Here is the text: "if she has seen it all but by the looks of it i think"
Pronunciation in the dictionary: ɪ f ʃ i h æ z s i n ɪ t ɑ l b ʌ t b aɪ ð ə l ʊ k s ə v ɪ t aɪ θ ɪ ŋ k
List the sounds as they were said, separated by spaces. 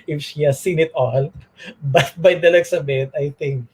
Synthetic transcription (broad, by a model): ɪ f ʃ i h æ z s i n ɪ t ɑ l b ʌ t b aɪ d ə l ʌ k s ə b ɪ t aɪ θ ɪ ŋ k